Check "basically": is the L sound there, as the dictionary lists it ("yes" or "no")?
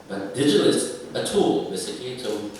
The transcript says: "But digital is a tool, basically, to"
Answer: no